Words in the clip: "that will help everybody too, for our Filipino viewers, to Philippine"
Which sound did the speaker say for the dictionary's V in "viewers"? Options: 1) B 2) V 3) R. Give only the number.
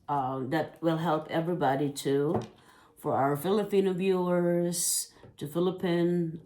1